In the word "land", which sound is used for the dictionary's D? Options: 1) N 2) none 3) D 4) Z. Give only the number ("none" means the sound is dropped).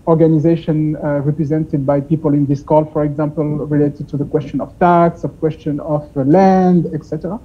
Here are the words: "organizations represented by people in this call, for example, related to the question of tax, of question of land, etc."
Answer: 3